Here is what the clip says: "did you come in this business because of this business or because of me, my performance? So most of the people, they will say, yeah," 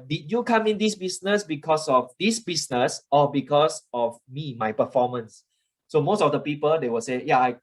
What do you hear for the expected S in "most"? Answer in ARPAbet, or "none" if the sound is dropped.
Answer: S